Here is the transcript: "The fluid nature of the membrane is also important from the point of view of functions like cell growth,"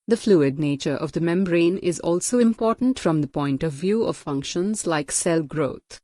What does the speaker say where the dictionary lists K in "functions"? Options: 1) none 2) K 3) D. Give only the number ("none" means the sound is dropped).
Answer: 2